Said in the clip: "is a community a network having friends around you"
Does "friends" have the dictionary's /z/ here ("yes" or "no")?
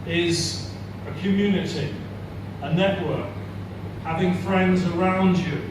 yes